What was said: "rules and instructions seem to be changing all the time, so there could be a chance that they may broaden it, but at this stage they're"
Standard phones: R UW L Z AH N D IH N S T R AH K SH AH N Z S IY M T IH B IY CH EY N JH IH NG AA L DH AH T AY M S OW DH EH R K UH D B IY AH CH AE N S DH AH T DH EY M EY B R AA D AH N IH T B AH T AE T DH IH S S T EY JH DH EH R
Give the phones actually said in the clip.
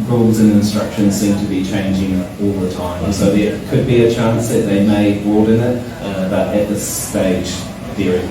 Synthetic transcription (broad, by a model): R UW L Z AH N IH N S T R AH K SH AH N Z S IY M T IH B IY CH EY N JH IH NG AA L DH AH T AY M S OW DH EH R K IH D B IY AH CH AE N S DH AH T DH EY M EY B AA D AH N IH T B AH T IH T DH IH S S T EY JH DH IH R